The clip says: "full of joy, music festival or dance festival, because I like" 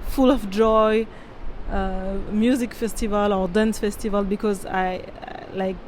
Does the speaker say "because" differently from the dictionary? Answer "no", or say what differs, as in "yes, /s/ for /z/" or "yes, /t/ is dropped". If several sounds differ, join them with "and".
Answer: no